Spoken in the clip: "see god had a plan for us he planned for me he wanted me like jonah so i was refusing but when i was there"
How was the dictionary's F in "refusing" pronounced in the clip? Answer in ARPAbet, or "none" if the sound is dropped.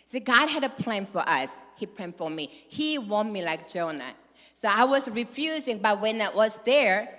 F